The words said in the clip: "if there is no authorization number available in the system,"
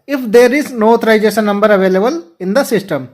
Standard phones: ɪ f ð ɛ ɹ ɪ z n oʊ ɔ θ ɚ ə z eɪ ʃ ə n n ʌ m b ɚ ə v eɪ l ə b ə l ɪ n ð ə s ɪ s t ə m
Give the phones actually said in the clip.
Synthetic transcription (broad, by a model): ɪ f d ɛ ɹ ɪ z n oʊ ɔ t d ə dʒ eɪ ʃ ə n n ʌ m b ɚ ə v eɪ l ə b ə l ɪ n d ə s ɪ s t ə m